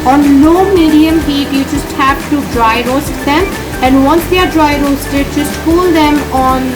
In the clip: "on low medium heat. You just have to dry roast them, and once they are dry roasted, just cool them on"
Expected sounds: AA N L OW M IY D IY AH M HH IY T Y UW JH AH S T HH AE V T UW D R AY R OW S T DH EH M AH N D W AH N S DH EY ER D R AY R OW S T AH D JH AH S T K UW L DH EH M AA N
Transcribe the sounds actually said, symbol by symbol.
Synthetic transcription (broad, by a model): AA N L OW M IY D IY AH M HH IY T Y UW JH AH S T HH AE P T UW D R AY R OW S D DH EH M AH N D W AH N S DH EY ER D R AY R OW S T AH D JH AH S T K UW L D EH M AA N